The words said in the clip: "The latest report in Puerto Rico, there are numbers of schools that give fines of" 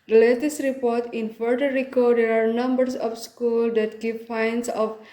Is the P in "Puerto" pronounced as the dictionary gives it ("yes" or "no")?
no